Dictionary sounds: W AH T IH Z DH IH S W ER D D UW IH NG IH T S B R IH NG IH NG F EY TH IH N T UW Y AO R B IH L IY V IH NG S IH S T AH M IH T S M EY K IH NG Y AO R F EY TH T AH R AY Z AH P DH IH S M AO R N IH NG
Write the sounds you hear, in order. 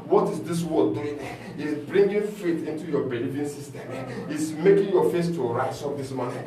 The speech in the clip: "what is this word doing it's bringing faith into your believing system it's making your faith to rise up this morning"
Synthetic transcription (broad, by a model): W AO T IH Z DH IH S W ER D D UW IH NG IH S B R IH NG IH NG F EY T IH N T UW Y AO B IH L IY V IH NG S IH S T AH M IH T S M EY K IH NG Y AO F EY S T AH R AY S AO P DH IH S M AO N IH